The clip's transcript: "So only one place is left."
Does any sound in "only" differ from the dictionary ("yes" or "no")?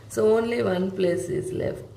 no